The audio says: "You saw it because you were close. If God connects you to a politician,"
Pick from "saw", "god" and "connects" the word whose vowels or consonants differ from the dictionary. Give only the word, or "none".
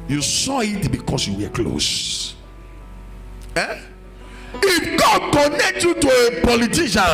connects